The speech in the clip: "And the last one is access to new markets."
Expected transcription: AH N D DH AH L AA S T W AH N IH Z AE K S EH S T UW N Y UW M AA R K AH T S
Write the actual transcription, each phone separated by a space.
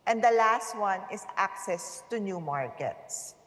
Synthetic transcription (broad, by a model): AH N D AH L AA S T W AH N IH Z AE K S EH S T UW N Y UW M AA R K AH T S